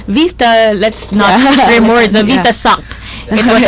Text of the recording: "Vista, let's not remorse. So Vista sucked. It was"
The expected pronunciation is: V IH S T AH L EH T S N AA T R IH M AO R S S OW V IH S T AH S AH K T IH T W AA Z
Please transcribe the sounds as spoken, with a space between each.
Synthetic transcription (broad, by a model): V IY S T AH L EH T S N AA T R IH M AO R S S OW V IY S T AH S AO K IH T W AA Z